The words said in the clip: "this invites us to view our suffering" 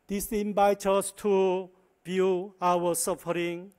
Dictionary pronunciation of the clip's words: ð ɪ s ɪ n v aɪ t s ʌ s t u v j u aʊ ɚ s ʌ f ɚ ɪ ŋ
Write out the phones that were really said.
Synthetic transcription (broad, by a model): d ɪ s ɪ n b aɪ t ʌ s t u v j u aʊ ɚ s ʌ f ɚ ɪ ŋ